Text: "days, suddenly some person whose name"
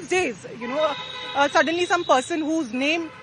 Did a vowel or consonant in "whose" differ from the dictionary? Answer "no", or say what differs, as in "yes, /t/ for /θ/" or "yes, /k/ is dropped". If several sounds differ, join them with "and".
no